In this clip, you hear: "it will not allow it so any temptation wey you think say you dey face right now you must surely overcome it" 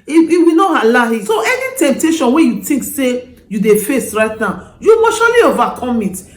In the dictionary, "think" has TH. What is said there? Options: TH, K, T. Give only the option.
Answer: T